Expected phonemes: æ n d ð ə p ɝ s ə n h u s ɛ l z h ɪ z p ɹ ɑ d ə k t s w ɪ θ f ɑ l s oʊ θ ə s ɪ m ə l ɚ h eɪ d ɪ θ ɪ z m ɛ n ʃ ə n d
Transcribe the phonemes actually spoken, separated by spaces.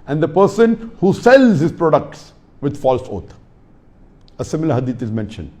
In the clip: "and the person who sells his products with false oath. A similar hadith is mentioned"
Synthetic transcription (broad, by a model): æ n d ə p ɝ s ə n h u s ɛ l z h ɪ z p ɹ ɑ d ə k t s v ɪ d f ɑ l s oʊ t ə s ɪ m ə l ɚ h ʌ d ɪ t ɪ z m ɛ n ʃ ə n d